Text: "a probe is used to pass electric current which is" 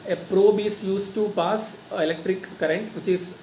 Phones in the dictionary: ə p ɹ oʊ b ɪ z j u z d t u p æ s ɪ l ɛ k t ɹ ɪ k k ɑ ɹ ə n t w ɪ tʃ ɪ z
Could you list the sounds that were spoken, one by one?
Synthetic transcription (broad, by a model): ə p ɹ oʊ b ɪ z j u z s t u p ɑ s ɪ l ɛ k t ɹ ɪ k k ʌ ɹ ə n t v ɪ tʃ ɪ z